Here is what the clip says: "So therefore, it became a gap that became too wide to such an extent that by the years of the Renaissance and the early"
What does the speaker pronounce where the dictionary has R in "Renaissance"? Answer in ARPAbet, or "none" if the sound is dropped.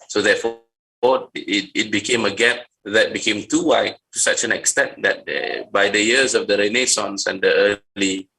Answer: R